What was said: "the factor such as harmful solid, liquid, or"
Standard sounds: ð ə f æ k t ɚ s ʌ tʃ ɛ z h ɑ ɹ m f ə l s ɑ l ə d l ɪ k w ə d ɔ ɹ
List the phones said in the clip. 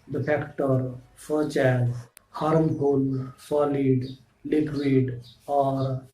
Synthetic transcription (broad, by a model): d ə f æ k t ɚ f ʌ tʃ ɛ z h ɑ ɹ m p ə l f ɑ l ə d l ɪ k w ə d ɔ ɹ